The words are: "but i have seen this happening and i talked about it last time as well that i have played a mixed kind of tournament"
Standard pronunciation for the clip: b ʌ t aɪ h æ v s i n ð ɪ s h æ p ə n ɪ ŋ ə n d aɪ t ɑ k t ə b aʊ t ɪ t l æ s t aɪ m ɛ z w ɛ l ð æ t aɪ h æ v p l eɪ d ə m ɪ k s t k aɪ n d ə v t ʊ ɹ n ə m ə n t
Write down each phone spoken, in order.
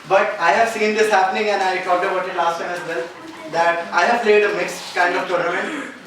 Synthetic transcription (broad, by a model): b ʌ t aɪ h æ v s i n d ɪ s h æ p ə n ɪ ŋ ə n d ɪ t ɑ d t ə b aʊ t ɪ t l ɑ s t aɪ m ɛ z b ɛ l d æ t aɪ h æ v p l eɪ d ə m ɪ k s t k aɪ n d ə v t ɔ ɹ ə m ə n